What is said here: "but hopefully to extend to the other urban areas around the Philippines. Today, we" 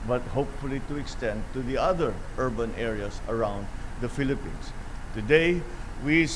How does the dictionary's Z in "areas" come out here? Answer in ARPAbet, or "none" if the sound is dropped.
S